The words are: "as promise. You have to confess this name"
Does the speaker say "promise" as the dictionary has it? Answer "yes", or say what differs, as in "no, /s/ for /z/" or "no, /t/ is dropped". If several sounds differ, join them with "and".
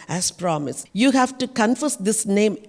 yes